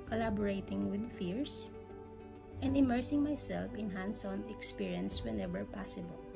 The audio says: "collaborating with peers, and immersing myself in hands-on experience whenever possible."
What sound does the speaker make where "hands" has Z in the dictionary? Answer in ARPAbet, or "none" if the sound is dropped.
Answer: S